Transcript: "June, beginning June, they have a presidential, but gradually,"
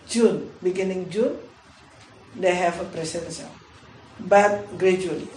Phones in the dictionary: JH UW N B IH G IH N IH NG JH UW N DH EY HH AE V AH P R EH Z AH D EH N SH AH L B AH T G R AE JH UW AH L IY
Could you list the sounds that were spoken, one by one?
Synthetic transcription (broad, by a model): JH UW N B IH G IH N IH NG JH UW N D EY HH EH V AH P R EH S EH N S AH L B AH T G R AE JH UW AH L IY